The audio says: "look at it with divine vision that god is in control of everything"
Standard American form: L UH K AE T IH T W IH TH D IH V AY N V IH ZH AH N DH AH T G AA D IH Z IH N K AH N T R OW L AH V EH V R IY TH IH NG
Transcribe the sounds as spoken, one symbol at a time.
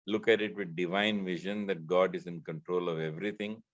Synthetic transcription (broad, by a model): L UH K AE T IH T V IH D D IH V AY N V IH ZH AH N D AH T G AA D IH Z IH N K AH N T R OW L AH V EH V R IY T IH NG